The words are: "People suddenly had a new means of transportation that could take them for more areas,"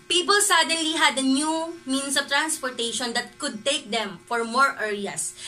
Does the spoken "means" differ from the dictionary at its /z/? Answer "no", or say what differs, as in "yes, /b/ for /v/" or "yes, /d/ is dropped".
yes, /s/ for /z/